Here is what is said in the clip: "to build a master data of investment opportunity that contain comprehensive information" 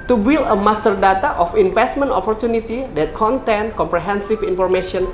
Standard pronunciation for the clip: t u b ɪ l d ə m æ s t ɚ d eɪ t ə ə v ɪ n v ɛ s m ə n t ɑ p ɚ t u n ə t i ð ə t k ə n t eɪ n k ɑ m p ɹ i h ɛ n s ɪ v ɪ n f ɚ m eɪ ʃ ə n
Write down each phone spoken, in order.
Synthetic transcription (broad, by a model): t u b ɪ l ə m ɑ s t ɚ d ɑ t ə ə f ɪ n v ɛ s m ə n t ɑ p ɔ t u n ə t i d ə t k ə n t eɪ n k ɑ m p ɹ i h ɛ n s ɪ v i n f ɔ m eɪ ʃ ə n